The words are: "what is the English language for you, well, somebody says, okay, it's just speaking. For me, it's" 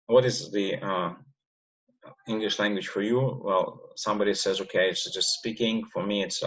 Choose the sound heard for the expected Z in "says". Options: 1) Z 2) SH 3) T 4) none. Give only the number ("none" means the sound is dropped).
1